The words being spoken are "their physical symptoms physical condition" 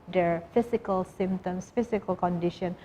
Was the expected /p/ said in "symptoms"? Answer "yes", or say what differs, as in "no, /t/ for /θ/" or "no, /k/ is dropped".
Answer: no, /p/ is dropped